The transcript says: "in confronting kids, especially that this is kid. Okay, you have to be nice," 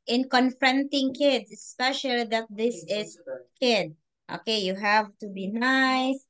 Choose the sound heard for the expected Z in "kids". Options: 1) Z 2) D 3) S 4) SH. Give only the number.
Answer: 3